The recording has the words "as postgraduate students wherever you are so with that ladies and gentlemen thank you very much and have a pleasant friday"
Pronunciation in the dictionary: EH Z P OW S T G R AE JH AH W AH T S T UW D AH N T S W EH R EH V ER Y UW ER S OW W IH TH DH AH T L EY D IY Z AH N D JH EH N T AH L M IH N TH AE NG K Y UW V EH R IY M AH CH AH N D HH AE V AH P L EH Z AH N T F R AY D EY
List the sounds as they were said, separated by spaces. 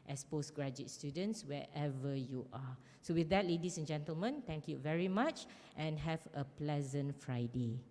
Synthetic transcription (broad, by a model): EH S P OW S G R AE JH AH T S T UW D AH N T S W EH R EH V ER Y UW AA S OW W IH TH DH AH T L EY D IY S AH N JH EH N T AH L M IH N T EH NG K Y UW V EH R IY M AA CH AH N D HH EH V AH P L EH Z AH N T F R AY D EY